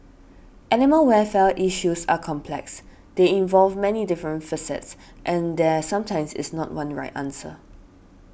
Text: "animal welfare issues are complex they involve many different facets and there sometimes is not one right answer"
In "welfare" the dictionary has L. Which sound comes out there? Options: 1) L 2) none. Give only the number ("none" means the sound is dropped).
2